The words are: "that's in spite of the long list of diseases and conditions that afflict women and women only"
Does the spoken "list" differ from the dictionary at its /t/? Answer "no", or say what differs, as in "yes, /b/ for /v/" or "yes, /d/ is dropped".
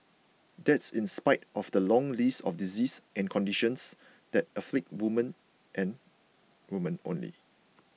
yes, /t/ is dropped